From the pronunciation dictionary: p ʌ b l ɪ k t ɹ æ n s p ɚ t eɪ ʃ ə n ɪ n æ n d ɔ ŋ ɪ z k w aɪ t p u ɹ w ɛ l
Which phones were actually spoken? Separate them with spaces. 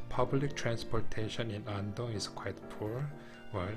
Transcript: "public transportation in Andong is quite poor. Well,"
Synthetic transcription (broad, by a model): p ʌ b l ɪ k t ɹ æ n s p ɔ t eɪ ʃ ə n ɪ n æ n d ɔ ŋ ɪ s k w aɪ t p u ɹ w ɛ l